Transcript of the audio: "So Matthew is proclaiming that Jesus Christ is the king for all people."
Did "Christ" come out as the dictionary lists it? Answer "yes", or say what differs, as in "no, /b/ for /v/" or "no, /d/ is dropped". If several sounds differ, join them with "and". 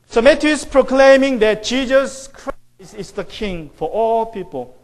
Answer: no, /t/ is dropped